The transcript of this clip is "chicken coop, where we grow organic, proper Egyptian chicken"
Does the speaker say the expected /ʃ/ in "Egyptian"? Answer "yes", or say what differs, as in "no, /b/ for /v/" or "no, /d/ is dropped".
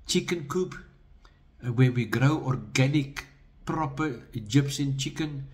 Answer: no, /s/ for /ʃ/